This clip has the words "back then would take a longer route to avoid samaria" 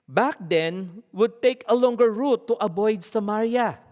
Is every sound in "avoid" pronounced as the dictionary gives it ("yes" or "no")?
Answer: no